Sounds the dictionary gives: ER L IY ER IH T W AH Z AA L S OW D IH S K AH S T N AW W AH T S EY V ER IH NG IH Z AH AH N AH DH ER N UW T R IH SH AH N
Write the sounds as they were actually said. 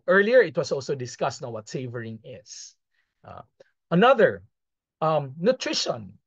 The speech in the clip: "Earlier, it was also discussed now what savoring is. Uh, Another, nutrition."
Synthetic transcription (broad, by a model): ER L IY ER IH T W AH S AA L S OW D IH S K AH S T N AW W AH T S EY V ER IH NG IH S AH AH N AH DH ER N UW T R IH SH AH N